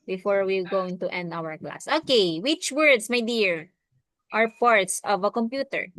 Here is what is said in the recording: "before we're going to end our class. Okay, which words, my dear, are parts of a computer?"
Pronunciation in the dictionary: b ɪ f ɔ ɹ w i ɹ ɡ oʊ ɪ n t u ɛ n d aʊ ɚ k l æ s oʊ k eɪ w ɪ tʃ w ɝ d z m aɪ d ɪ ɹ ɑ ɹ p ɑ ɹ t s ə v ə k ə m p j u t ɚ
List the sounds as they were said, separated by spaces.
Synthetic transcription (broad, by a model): b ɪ f ɔ ɹ w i l ɡ oʊ ɪ n t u ɛ n d aʊ ɚ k l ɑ s oʊ k eɪ w ɪ tʃ w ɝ d s m aɪ d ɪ ɹ ɑ ɹ p ɑ ɹ t s ə v ə k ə m p j u t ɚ